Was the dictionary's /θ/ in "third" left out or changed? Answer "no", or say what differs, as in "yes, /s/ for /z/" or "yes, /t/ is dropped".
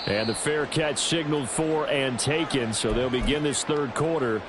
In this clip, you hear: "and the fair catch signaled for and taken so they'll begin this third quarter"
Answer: no